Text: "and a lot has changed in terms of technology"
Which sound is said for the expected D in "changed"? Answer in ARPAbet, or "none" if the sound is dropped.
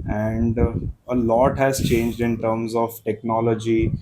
D